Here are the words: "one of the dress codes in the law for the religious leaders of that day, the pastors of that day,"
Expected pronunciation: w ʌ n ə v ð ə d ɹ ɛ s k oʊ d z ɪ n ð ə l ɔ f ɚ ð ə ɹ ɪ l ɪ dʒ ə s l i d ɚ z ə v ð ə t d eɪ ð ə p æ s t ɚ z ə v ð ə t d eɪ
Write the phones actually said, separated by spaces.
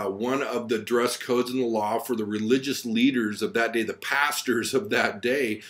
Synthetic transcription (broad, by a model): w ʌ n ə v ð ə d ɹ ɛ s k oʊ d z ɪ n ð ə l ɔ f ɚ ð ə ɹ ɪ l ɪ dʒ ə s l i d ɚ z ə v ð ə t d eɪ ð ə p æ s t ɚ z ə v ð ə t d eɪ